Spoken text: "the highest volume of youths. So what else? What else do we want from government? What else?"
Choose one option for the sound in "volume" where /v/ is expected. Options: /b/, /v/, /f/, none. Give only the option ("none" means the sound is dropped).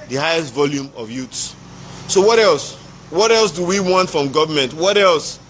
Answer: /v/